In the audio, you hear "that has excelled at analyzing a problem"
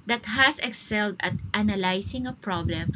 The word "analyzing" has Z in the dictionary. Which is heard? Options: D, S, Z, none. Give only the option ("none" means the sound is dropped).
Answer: S